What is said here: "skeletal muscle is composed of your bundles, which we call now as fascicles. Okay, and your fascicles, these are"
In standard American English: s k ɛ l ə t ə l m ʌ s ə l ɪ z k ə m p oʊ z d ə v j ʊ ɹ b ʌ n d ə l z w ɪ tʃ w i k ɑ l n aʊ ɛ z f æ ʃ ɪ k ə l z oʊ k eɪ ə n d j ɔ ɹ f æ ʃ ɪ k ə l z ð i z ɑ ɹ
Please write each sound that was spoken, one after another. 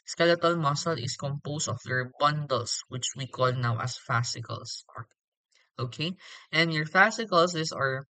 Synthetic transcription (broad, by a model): s k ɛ l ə t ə l m ʌ s ə l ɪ s k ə m p oʊ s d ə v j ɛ ɹ b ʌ n d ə l s w ɪ tʃ w i k ɑ l n aʊ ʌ s f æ s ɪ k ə l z oʊ k eɪ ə n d j ɔ ɹ f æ s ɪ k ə l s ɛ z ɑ ɹ